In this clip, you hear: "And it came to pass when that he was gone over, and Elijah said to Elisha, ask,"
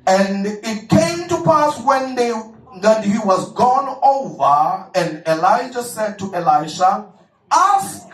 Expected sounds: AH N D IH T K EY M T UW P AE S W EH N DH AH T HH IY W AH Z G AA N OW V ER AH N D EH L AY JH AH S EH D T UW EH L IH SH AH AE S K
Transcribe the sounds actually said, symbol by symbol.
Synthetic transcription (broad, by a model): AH N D IH T K EY M T UW P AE S W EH N DH AH T HH IY W AH Z G AA N OW V ER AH N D EH L AY JH AH S EH D T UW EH L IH SH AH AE S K